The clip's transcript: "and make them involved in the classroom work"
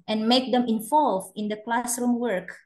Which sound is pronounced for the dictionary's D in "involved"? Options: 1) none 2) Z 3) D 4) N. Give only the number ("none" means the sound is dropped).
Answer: 1